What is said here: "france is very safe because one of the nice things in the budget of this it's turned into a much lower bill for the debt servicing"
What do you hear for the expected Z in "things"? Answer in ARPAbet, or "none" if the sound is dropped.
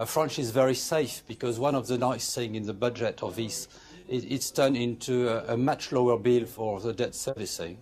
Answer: none